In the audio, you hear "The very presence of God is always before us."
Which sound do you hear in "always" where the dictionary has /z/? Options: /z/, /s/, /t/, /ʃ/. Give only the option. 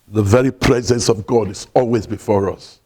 /z/